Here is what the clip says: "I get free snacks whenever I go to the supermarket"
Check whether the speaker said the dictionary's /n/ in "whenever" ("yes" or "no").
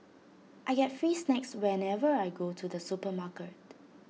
yes